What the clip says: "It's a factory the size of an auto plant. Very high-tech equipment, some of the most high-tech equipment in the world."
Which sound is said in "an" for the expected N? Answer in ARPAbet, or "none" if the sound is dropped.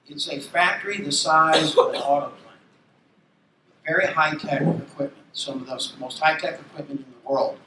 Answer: L